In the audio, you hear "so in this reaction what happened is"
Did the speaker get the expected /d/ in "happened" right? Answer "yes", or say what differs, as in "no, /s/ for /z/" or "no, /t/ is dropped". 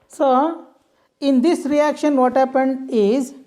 yes